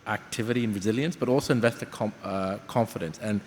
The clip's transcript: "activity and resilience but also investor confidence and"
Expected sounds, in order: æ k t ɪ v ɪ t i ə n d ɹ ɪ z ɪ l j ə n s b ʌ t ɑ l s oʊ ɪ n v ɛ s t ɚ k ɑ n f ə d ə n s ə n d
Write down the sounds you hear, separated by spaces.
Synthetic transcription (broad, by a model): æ k t ɪ v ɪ t i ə n ɹ ɪ z ɪ l j ə n s b ʌ t ɑ l s oʊ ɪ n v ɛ s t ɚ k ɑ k f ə d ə n s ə n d